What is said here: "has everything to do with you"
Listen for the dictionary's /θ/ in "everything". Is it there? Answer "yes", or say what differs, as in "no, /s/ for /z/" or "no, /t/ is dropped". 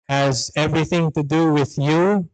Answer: yes